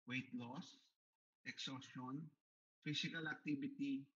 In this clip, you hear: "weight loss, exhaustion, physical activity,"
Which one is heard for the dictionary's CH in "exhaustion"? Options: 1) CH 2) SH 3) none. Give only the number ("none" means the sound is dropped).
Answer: 3